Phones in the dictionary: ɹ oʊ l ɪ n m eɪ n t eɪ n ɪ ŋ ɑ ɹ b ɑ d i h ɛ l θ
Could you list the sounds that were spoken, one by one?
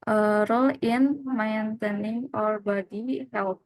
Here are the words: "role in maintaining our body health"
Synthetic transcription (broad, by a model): ɹ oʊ l ɪ n m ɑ n t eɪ n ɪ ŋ ɑ ɹ b ɑ d i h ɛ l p